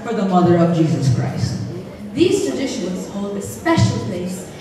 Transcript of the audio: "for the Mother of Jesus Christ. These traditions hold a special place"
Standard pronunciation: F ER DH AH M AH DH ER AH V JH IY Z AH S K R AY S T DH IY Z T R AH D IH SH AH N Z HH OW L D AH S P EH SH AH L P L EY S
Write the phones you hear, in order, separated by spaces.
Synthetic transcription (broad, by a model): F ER DH AH M AH DH ER AH V JH IY Z AH S K R AY S T DH IY Z T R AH D IH SH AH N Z HH OW L D AH S P EH SH AH L P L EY S